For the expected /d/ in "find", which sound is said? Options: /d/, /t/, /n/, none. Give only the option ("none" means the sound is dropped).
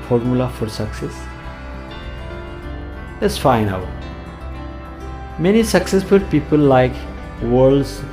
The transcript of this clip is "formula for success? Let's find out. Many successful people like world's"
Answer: none